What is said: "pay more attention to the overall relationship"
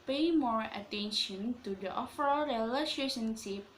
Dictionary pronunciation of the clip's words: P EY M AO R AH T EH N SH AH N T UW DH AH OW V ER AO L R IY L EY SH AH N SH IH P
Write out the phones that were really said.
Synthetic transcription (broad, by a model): P EY M AO R AH T EH N SH AH N T UW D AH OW F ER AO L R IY L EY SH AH N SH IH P